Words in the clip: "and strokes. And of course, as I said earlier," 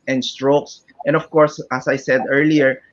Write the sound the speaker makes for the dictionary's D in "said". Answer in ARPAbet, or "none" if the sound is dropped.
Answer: D